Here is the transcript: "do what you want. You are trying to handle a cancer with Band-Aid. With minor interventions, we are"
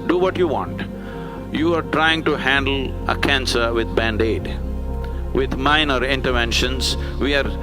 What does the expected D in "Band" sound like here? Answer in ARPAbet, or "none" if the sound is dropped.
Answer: D